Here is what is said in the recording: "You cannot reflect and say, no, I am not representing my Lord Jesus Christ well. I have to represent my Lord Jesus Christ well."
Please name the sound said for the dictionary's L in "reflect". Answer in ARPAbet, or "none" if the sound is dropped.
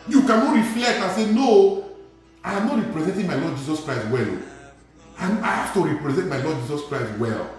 L